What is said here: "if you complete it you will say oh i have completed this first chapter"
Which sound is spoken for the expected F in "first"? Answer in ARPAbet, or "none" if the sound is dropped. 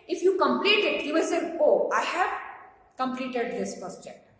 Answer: P